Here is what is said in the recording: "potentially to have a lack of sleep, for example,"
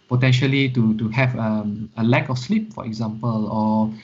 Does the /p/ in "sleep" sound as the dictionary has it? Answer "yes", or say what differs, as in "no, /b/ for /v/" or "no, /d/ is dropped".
yes